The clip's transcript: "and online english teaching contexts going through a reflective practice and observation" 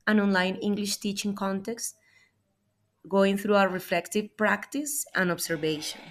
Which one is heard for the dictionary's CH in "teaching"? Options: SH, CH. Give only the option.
CH